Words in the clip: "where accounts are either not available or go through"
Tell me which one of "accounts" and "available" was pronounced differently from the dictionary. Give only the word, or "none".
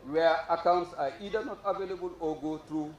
none